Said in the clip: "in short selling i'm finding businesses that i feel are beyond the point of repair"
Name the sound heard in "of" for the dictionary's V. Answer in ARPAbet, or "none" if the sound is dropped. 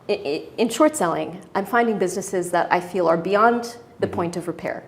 V